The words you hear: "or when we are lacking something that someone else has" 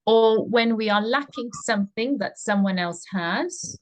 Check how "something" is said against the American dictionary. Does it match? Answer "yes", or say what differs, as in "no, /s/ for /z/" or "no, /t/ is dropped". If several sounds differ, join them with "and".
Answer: yes